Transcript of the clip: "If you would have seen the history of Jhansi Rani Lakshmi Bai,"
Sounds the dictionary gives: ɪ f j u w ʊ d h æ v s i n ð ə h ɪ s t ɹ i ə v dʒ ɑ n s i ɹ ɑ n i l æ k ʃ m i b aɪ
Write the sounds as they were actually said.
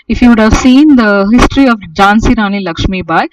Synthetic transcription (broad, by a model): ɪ f j u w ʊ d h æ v s i n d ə h ɪ s t ɹ i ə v dʒ ɑ n s i ɹ ɑ n i l æ k ʃ m i b aɪ